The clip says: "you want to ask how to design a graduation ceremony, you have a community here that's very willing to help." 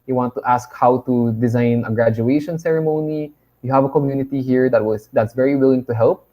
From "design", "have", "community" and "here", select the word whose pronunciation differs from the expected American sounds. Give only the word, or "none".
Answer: none